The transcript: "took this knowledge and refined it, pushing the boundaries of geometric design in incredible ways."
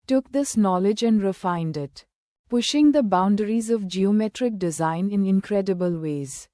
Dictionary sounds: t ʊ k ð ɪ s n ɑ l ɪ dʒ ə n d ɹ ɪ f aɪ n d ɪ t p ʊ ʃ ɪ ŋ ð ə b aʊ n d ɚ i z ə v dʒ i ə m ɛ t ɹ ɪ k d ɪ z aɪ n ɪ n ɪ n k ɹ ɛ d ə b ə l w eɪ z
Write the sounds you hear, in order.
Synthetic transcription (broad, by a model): t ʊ k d ɪ s n ɑ l ɪ dʒ ə n d ɹ ɪ f aɪ n d ɪ t p ʊ ʃ ɪ ŋ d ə b aʊ n d ɚ i z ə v dʒ i ə m ɛ t ɹ ɪ k d ɪ z aɪ n ɪ n ɪ n k ɹ ɛ d ə b ə l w eɪ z